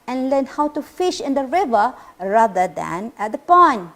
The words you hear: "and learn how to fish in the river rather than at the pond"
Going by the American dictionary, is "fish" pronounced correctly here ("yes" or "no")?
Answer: yes